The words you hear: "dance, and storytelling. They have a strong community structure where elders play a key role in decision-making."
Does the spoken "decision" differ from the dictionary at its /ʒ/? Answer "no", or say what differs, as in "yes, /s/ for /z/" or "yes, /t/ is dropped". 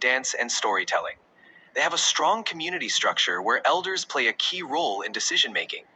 no